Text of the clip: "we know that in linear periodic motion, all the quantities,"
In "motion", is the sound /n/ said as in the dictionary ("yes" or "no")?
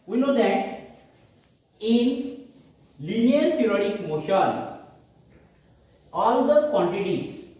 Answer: no